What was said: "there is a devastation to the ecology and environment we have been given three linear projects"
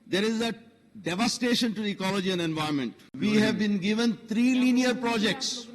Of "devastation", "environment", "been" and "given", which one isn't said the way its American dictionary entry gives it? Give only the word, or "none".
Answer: environment